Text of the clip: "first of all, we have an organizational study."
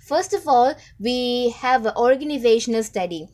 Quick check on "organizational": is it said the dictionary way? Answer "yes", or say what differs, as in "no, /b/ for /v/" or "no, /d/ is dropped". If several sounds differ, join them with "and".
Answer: yes